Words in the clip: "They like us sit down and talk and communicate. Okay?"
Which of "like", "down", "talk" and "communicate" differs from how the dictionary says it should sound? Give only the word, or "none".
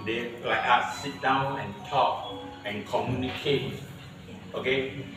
like